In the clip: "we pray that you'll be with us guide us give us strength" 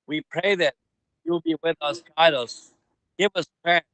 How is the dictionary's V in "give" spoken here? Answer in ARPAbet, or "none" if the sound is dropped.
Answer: V